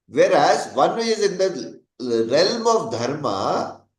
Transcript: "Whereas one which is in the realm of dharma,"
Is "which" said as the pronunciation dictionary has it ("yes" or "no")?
no